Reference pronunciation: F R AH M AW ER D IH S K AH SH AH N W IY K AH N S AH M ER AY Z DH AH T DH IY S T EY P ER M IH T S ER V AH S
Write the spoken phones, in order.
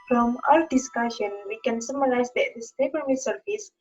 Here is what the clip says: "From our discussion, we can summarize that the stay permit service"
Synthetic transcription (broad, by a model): F R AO M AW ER D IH S K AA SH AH N W IY K AH N S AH M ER AY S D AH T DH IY S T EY B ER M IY S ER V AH S